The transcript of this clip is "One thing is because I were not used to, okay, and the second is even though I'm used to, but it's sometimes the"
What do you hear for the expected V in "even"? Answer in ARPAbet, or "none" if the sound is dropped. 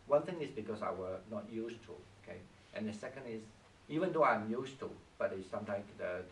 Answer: V